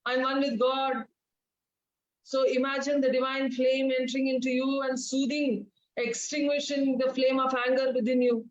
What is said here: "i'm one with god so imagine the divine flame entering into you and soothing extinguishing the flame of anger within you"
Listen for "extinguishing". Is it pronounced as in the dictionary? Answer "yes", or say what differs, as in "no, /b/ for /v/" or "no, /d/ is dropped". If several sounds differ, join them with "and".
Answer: yes